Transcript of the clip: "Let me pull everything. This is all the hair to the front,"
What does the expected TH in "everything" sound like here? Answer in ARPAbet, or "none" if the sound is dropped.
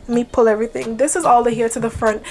TH